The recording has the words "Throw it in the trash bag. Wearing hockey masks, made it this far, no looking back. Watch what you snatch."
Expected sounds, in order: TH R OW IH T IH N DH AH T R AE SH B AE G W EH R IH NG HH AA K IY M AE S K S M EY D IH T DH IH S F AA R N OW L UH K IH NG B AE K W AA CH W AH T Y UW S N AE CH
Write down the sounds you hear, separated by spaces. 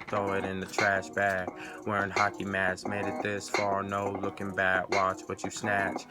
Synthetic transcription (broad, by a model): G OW IH T IH N DH AH T R AE SH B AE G W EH R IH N HH AA K IY M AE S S M EY D IH T DH IH S F AA R N OW L UH K IH NG B AE K W AA CH W AH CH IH S N AE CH